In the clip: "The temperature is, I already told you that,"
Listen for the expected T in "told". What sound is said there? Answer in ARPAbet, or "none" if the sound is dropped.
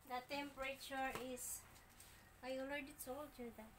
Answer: S